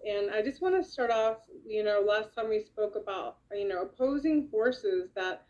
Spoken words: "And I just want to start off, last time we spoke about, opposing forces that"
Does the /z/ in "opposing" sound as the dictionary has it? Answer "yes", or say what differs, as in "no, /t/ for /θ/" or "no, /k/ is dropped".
yes